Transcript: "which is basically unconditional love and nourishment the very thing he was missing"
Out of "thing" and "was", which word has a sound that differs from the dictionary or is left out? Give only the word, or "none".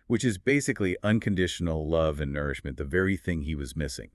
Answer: none